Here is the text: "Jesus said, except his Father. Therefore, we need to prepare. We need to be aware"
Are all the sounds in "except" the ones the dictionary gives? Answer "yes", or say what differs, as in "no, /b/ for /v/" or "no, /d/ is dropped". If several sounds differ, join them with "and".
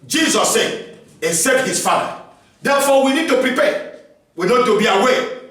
no, /k/ is dropped